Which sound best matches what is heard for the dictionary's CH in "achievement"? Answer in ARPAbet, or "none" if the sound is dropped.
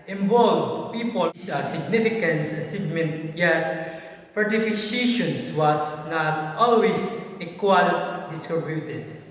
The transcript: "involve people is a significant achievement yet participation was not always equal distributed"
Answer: S